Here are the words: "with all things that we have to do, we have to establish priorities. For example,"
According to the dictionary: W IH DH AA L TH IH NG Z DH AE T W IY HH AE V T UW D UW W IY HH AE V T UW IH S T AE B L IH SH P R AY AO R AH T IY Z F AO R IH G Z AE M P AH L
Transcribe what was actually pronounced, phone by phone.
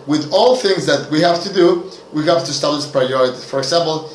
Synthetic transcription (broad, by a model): W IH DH AA L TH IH NG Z DH AE T W IY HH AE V T UW D UW W IY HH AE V T UW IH S T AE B L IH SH P R AY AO R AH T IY F AO R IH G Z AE M P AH L